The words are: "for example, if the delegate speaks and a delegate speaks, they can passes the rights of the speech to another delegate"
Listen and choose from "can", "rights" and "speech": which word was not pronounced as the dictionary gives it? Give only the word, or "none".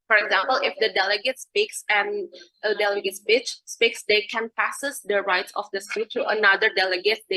speech